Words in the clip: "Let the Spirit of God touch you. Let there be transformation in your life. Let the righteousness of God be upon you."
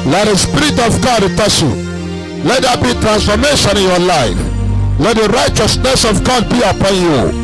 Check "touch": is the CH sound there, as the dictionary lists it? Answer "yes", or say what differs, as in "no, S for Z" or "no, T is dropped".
no, S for CH